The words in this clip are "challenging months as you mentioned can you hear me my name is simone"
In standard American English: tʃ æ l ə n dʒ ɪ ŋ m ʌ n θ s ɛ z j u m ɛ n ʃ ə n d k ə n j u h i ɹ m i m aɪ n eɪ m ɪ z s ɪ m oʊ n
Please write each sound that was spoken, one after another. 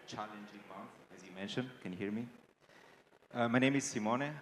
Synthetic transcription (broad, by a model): tʃ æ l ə n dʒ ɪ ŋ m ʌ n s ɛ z j u m ɛ n ʃ ə n d k ə n h i ɹ m i m aɪ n eɪ m ɪ z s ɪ m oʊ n